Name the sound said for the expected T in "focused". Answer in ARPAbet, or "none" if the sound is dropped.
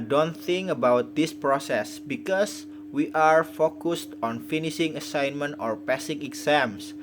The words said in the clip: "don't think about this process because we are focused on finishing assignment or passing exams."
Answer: T